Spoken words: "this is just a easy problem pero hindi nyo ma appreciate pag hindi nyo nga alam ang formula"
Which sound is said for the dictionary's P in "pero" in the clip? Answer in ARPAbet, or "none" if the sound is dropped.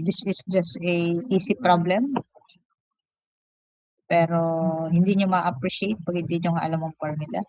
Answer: P